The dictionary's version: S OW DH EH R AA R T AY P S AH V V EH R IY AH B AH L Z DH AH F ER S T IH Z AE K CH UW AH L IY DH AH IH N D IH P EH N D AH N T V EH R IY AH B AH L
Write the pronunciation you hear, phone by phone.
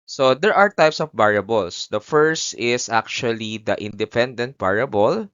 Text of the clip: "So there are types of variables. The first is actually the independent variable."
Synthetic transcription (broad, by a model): S OW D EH R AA R T AY P S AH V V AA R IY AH B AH L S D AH F ER S T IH S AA K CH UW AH L IY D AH IH N D IH P EH N D AH N T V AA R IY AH B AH L